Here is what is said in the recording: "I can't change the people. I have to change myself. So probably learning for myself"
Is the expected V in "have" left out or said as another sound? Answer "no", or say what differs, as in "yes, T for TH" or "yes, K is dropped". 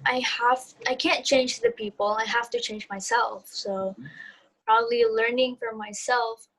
yes, F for V